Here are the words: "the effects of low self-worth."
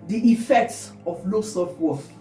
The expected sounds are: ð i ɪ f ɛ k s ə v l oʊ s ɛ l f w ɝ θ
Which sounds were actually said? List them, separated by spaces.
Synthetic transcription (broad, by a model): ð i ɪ f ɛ k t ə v l oʊ s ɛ f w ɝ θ